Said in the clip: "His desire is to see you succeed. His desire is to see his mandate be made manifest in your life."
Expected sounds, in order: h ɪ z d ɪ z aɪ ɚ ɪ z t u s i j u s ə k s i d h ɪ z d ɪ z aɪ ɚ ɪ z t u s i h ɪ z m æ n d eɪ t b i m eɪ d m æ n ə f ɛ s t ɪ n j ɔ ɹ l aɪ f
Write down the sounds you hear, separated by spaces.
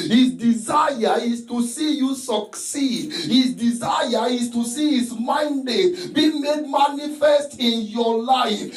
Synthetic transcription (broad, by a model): h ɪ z d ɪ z aɪ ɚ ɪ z t u s i j u s ə k s i d h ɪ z d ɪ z aɪ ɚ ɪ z t u s i h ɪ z m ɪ n d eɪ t b i m eɪ d m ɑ n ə f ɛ s t ɪ n j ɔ l aɪ f